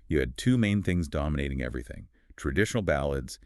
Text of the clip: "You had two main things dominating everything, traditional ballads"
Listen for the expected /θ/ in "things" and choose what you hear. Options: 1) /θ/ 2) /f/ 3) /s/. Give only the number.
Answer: 1